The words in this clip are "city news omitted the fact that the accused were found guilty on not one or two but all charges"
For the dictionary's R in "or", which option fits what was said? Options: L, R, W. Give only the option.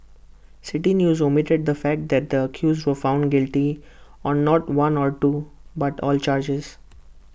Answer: R